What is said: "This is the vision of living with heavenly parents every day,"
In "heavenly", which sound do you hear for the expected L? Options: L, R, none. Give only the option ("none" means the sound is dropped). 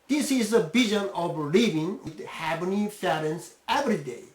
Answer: none